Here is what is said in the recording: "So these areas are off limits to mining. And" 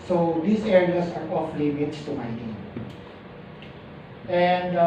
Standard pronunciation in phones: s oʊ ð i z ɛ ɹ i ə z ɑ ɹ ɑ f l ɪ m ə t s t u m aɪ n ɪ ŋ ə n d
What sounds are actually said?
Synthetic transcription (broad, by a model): s oʊ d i s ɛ ɹ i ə s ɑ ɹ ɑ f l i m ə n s t u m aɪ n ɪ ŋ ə n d